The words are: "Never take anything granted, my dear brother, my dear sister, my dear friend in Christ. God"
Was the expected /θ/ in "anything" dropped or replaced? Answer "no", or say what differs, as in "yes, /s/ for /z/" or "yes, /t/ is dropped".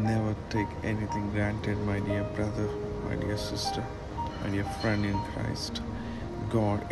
yes, /t/ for /θ/